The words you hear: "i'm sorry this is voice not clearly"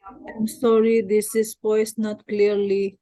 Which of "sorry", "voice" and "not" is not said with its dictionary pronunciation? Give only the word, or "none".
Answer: voice